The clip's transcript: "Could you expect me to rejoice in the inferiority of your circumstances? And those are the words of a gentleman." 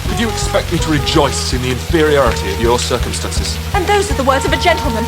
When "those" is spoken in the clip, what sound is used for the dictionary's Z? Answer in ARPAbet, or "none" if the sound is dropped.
Z